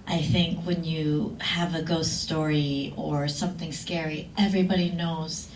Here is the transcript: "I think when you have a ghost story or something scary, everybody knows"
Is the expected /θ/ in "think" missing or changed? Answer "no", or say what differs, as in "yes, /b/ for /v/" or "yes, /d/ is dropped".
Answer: no